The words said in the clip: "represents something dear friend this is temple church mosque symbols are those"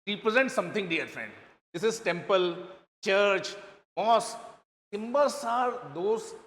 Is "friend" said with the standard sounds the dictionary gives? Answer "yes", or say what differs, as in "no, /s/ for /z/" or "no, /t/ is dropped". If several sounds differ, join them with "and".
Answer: yes